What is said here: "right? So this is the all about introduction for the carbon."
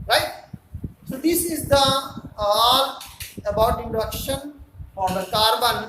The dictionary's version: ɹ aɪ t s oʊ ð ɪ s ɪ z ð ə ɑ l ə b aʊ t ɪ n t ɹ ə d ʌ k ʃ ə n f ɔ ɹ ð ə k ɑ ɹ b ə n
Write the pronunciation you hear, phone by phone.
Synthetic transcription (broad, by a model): ɹ aɪ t s oʊ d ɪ s ɪ z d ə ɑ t ə b aʊ t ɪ n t ə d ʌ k ʃ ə n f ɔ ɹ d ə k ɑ ɹ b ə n